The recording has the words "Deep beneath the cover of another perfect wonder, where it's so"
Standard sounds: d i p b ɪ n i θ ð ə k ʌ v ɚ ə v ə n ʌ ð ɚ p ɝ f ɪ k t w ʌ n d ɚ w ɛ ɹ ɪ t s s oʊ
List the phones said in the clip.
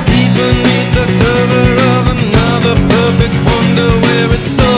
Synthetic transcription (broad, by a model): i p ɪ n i t ð ə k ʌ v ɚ ə v ə n ʌ ð ɚ p ɝ f ɪ k t w ʌ n d ɚ w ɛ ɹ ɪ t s s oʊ